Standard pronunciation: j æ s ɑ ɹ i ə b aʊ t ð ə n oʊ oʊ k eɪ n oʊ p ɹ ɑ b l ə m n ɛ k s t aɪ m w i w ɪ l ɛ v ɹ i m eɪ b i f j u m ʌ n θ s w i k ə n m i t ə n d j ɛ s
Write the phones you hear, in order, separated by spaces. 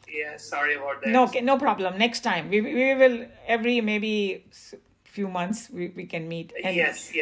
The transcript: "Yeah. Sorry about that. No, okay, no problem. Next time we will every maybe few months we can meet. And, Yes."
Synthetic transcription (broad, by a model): j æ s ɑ ɹ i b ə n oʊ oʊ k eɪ n oʊ p ɹ ɑ b l ə m n ɛ k s t aɪ m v i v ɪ l ɛ v ɹ i m eɪ b i f j u m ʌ n t s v i k ə n m i t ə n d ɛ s